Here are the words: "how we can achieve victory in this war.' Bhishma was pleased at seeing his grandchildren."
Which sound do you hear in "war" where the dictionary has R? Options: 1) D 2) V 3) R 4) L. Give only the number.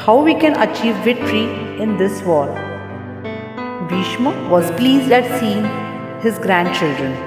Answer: 4